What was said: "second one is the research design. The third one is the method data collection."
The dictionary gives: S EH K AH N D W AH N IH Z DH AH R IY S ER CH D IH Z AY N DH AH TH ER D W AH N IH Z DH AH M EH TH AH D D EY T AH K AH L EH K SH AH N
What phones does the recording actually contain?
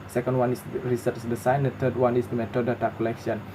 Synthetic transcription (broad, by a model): S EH K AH N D W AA N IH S R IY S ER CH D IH S AY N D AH T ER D W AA N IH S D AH M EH T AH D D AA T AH K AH L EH K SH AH N